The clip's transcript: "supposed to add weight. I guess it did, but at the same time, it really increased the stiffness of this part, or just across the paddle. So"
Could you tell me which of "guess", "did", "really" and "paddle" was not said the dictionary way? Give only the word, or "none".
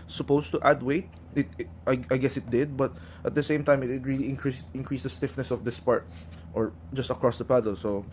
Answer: none